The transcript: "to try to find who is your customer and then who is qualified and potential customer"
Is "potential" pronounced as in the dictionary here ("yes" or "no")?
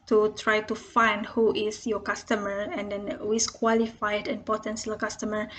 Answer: no